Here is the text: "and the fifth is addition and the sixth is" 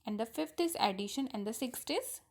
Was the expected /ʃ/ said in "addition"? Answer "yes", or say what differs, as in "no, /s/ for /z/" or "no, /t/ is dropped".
yes